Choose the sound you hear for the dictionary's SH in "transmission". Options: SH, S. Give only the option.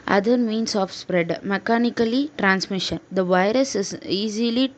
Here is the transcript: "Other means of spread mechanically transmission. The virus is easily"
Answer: SH